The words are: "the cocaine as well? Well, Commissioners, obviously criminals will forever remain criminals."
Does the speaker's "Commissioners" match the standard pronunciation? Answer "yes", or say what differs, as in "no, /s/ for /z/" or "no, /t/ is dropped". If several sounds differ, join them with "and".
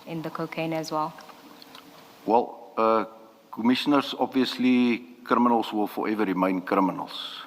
no, /s/ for /z/